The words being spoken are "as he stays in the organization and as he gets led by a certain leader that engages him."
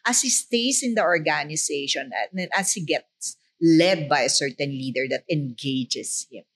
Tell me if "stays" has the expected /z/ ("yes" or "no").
no